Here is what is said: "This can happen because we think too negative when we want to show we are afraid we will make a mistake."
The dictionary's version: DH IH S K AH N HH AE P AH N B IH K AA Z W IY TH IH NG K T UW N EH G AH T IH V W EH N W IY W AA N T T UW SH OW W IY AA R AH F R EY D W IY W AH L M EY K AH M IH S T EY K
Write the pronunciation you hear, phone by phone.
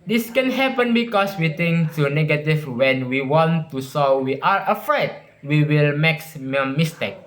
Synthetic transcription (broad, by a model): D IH S K AH N HH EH P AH N B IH K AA S W IY T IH NG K T UW N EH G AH T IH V W EH N W IY W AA N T T UW S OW W IY AA R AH F R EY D W IY W AH L M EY K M M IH S T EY K